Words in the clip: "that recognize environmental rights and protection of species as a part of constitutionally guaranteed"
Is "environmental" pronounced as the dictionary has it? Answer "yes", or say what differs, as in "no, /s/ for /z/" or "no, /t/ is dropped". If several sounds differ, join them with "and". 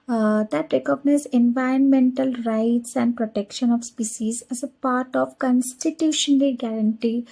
yes